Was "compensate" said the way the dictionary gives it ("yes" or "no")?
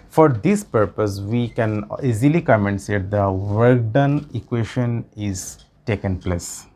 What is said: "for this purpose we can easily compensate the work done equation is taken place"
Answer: no